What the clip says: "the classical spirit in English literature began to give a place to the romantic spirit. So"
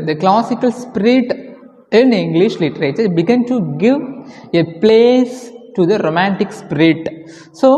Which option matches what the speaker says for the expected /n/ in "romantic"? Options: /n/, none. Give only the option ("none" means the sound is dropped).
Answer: /n/